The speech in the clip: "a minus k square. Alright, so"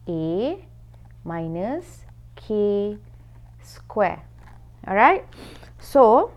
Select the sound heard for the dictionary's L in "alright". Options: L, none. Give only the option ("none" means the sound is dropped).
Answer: none